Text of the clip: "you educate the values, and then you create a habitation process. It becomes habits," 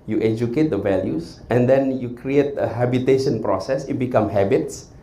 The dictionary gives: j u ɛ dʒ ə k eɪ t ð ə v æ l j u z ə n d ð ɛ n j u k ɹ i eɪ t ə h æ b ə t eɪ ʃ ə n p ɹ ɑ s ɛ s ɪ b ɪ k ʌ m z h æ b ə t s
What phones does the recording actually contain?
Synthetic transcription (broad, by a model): j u ɛ dʒ ə k eɪ t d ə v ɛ l j u s ə n d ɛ n j u k ɹ i eɪ t ə h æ b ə t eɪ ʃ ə n p ɹ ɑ s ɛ s ɪ b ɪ k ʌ m h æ b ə t s